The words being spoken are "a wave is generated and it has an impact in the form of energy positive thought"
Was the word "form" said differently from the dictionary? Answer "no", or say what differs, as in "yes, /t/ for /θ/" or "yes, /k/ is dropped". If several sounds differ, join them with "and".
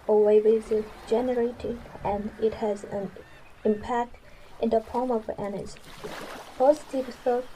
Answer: yes, /p/ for /f/